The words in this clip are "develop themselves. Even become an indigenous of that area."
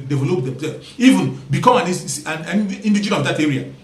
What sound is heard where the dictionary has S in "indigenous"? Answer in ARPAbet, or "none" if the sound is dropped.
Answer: none